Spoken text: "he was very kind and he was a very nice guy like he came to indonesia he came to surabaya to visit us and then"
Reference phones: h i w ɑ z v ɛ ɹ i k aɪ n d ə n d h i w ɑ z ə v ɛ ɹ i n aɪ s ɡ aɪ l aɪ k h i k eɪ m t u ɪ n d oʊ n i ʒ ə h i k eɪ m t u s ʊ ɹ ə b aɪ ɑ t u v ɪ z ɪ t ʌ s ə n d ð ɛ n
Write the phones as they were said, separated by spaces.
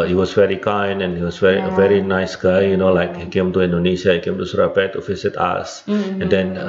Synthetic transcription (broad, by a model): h i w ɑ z v ɛ ɹ i k aɪ n ə n h i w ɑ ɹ ə v ɛ ɹ i n aɪ s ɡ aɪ l aɪ k h i k eɪ m t u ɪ n d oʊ n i ʃ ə h i k eɪ m t u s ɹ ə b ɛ t u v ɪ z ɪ t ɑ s ə n d ɛ n